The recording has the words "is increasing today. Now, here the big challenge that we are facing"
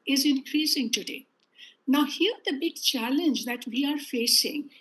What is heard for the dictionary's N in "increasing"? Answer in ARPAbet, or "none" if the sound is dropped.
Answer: N